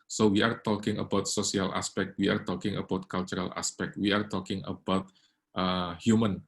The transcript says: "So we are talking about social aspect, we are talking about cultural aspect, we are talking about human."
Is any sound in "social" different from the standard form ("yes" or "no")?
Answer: yes